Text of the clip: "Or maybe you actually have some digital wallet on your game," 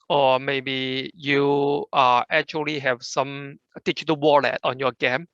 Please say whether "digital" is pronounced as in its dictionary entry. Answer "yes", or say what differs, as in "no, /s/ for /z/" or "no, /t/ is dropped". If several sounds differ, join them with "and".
no, /tʃ/ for /dʒ/